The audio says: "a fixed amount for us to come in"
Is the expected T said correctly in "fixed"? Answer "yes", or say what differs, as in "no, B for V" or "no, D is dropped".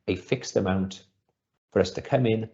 yes